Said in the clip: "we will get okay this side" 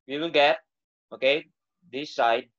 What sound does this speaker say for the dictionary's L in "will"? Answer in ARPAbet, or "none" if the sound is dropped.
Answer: N